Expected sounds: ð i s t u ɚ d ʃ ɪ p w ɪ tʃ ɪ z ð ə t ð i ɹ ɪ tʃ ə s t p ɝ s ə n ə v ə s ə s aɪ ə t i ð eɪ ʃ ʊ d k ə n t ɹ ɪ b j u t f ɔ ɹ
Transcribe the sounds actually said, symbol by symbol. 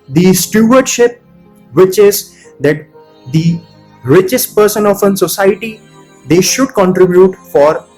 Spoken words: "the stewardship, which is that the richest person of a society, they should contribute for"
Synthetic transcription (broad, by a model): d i s t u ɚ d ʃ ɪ p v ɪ tʃ ɪ z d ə t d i ɹ ɪ tʃ ə s t p ɝ s ə n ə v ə s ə s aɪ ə t i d eɪ ʃ ʊ d k ə n t ɹ ɪ b j u t f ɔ ɹ